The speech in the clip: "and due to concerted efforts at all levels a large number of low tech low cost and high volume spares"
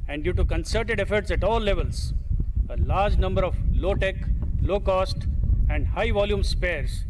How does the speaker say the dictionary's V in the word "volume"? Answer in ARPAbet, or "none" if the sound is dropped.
V